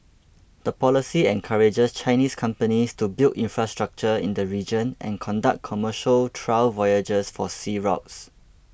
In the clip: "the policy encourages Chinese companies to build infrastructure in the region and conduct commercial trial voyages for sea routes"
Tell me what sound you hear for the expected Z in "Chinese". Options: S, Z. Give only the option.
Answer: S